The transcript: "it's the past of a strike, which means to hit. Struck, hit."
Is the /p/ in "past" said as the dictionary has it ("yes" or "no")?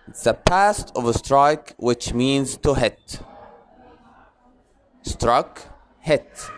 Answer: yes